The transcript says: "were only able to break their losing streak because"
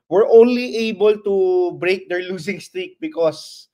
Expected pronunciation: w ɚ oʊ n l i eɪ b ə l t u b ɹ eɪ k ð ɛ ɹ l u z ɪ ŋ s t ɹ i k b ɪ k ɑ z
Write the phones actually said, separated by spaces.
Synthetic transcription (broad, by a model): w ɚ oʊ n l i eɪ b ə l t u b ɹ eɪ k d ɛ ɹ l u s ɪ ŋ s t ɹ i k b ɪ k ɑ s